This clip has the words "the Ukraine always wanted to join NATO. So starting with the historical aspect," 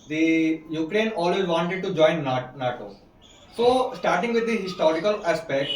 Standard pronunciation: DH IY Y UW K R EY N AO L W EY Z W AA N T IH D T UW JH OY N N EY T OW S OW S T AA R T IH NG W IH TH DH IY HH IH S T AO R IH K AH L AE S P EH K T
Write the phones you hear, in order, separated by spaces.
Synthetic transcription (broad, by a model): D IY Y UW K R EY N AO L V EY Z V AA N T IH D T UW JH OY N N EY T OW S OW S T AA R T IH NG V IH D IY HH IH S T AO R IH K AH L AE S P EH K T